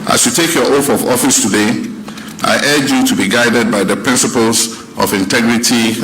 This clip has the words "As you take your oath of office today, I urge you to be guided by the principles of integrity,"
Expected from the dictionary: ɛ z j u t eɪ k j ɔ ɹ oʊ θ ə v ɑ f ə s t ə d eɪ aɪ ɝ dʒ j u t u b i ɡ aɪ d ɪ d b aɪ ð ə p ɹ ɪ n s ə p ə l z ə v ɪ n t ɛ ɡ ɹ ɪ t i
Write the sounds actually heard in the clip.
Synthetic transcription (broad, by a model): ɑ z j u t eɪ k j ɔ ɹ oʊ f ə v ɑ f ə s t ə d eɪ aɪ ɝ dʒ j u t u b i ɡ aɪ d ɪ d b aɪ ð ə p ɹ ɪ n s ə p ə l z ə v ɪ n t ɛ ɡ ɹ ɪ t i